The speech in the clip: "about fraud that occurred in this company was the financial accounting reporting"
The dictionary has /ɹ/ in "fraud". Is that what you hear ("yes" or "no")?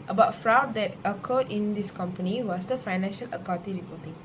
yes